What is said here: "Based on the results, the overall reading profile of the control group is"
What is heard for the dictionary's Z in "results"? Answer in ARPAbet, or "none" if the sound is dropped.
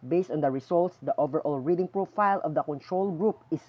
S